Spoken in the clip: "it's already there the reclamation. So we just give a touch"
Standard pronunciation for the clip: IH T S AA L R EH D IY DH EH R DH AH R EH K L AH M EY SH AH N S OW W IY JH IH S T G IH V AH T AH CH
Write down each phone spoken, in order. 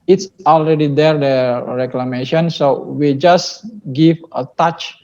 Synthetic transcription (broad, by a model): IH T S AA L R EH D IY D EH R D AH R EH K L AH M EY SH AH N S OW W IY JH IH S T G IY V AH T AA CH